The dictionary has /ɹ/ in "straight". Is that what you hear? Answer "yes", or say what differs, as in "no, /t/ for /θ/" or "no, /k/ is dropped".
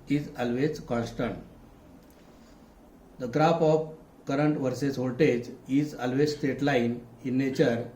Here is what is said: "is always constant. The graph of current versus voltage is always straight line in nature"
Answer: no, /ɹ/ is dropped